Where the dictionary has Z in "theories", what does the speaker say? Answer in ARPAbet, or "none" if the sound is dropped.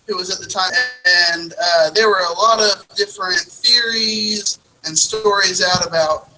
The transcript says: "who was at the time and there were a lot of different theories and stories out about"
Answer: Z